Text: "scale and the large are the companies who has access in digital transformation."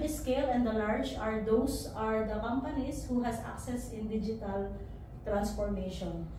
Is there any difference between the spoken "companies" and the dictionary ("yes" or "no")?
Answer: yes